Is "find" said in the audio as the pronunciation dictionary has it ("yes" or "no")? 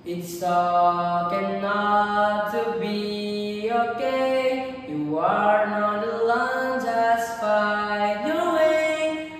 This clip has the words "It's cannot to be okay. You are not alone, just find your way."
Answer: no